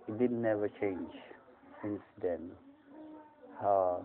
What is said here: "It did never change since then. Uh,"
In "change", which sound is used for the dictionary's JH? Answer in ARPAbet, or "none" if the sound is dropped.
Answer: JH